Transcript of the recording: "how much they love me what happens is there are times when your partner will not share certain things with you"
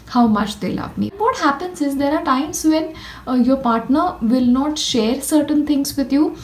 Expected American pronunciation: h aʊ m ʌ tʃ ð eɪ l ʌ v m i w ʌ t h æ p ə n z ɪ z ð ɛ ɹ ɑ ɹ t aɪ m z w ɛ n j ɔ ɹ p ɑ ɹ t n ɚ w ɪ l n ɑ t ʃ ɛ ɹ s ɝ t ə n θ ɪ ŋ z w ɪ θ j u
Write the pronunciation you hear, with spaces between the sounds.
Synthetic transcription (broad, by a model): h aʊ m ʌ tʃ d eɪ l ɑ p m i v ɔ t h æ p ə n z ɪ z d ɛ ɹ ɑ ɹ t aɪ m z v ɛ n j ɔ ɹ p ɑ ɹ t n ɚ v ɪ l n ɑ t ʃ ɛ ɹ s ɝ t ə n t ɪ ŋ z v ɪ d j u